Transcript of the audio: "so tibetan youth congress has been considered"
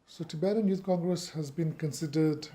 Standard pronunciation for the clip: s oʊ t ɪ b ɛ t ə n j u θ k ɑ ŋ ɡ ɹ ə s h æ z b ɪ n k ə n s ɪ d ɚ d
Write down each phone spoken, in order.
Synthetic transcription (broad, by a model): s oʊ t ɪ b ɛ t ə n j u t k ɑ ŋ ɡ ɹ ə s h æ z b ɪ n k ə n s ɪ d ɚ d